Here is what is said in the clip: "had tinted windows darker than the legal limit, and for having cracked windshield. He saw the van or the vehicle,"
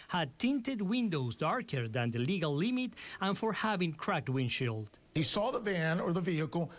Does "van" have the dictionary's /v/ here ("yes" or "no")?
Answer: yes